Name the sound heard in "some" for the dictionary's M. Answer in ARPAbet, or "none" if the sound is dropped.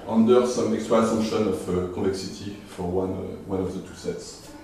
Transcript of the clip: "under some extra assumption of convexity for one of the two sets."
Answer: M